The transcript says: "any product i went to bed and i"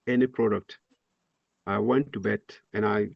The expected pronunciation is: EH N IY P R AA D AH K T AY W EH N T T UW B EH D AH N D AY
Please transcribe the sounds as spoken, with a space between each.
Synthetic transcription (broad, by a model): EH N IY P R AA D AH K T AY W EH N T T UW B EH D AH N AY